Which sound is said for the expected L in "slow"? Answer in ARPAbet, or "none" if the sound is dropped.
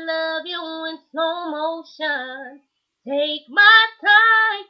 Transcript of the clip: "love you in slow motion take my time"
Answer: none